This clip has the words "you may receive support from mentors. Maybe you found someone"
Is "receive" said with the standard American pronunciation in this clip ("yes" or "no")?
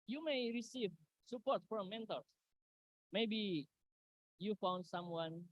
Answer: yes